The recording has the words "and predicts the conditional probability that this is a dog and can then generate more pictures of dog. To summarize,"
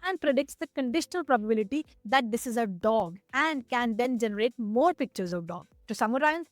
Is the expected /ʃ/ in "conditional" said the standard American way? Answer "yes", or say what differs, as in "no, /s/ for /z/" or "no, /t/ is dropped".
yes